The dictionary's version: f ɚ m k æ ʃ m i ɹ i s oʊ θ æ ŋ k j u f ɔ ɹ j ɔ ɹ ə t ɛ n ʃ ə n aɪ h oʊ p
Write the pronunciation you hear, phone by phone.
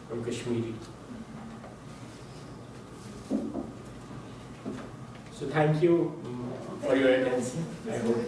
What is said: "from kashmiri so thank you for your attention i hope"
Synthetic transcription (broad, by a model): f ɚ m k æ ʃ m i ɹ i s oʊ t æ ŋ k j u f ɔ ɹ j ɔ ɹ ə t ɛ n s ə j h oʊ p